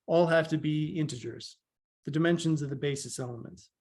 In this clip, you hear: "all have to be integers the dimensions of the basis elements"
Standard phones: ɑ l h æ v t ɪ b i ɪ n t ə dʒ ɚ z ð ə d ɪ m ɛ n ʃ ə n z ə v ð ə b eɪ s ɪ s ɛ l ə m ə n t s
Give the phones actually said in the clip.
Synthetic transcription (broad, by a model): ɑ l h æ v t ɪ b i ɪ n t ə dʒ ɚ z ð ə d ɪ m ɛ n ʃ ə n z ə v ð ə b eɪ s ɪ s ɛ l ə m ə n t s